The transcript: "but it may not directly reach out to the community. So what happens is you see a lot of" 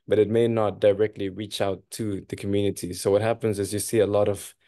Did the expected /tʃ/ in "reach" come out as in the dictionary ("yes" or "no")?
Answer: yes